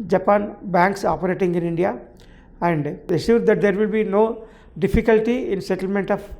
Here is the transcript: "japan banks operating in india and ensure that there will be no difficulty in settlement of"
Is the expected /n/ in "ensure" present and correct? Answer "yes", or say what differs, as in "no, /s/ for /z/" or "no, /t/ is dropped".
no, /n/ is dropped